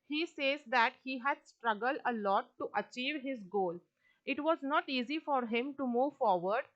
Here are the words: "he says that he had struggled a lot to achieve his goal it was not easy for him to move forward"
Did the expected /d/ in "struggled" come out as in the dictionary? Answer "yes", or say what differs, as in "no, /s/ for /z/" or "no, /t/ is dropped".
yes